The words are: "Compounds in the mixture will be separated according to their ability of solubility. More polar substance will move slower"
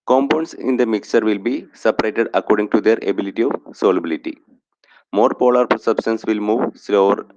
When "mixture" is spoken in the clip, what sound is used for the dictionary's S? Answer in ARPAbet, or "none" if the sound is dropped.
S